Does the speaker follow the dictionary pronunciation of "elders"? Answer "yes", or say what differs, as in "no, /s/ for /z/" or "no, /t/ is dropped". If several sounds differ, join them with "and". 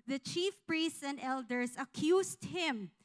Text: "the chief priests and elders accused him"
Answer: no, /s/ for /z/